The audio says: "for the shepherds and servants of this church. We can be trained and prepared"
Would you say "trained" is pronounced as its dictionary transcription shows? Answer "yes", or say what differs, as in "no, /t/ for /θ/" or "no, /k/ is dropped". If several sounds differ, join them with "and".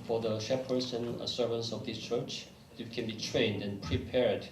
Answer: yes